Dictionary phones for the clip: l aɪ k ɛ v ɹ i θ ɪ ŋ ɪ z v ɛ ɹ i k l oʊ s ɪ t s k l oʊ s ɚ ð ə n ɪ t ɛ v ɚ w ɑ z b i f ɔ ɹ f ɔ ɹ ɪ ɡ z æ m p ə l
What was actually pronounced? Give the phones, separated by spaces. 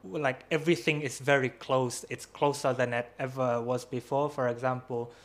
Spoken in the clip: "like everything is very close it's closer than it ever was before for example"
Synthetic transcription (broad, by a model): l aɪ k ɛ v ɹ i θ ɪ ŋ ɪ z v ɛ ɹ i k l oʊ s ɪ t s k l oʊ s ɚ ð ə n ɪ t ɛ v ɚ w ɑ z b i f ɔ f ɔ ɹ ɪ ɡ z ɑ m p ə l